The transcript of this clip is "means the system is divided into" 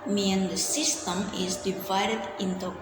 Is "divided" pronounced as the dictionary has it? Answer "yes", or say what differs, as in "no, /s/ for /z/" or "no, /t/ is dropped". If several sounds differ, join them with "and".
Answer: yes